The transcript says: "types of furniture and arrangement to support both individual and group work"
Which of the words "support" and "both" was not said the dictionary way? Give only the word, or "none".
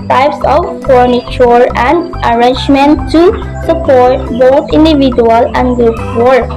both